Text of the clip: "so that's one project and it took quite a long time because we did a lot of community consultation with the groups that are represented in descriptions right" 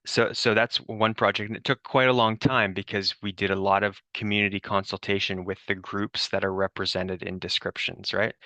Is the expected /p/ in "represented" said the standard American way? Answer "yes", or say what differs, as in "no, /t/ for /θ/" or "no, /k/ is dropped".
yes